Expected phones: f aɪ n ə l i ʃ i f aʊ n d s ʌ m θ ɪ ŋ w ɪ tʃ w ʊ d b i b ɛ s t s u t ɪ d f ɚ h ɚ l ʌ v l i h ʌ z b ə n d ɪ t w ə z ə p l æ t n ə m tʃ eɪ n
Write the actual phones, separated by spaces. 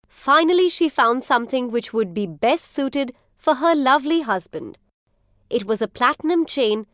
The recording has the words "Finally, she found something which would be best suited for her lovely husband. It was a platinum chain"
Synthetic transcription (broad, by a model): f aɪ n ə l i ʃ i f aʊ n d s ʌ m θ ɪ ŋ w ɪ tʃ w ʊ d b i b ɛ s t s u t ɪ d f ɚ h ɚ l ʌ v l i h ʌ z b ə n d ɪ t w ə z ə p l æ t n ə m tʃ eɪ n